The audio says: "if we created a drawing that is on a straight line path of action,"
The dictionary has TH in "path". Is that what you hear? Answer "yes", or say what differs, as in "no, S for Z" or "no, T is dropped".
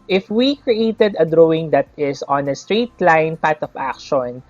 no, T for TH